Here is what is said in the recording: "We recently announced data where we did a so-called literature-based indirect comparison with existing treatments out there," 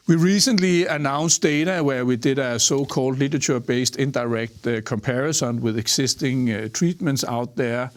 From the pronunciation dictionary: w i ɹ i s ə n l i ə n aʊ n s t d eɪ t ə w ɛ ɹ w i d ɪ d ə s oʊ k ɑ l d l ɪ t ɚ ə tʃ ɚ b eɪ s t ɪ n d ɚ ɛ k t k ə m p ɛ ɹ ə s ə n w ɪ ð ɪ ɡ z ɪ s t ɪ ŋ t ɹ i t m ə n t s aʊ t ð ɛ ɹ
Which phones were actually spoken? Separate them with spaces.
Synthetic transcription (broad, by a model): w i ɹ i s ə n l i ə n aʊ n s d eɪ t ə w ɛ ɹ w i d ɪ d ə s oʊ k ɑ l d l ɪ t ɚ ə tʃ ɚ b eɪ s t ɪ n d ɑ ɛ k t k ə m p ɛ ɹ ə s ə n w ɪ ð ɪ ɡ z ɪ s t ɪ ŋ t ɹ i t m ə n t s aʊ t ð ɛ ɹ